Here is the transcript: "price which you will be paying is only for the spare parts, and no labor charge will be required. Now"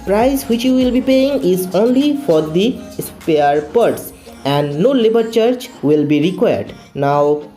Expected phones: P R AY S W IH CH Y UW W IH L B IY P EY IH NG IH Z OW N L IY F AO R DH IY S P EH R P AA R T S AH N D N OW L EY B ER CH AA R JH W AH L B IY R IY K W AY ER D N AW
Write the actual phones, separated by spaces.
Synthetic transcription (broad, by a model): P R AY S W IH CH Y UW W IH L B IY P EY IH NG IH Z OW N L IY F AO R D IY S P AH R P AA R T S AH N D N OW L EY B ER CH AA R CH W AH L B IY R IY K W AY ER D N AW